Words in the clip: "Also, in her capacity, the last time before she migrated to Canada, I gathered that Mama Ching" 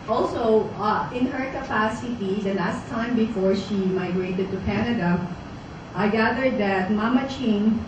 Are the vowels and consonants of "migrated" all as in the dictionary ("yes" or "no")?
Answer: yes